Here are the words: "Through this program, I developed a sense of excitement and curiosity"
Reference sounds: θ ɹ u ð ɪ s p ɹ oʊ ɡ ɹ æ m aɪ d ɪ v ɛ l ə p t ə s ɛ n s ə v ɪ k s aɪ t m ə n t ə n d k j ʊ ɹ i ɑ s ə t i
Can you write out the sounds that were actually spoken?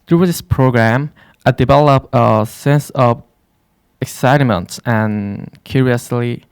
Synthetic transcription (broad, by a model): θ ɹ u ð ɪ s p ɹ oʊ ɡ ɹ æ m aɪ d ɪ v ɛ l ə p ə s ɛ n s ə v ɪ k s aɪ t m ə n t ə n k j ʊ ɹ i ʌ s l i